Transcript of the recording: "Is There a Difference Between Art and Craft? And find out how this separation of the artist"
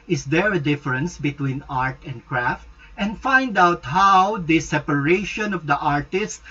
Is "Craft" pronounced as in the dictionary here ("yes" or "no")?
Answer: yes